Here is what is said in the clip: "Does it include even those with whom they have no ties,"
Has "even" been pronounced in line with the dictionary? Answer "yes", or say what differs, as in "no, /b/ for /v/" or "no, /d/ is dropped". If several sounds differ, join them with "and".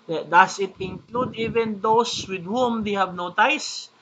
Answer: yes